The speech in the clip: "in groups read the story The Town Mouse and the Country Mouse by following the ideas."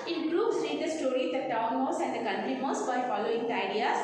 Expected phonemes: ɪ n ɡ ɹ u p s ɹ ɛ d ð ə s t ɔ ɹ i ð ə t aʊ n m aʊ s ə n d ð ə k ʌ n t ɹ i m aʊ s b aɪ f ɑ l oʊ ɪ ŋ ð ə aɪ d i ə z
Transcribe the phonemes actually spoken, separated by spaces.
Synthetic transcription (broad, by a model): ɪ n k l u b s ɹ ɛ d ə s t ɔ ɹ i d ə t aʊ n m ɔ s ə n d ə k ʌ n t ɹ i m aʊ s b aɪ f ɑ l oʊ ɪ ŋ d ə aɪ d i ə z